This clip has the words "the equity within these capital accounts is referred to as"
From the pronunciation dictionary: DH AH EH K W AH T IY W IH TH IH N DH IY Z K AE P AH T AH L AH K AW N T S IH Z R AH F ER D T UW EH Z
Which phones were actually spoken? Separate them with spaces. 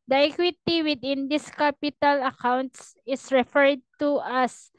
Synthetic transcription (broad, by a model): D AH EH K W AH T IY W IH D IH N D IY S K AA P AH T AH L AH K AW N T S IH S R AH F ER D T UW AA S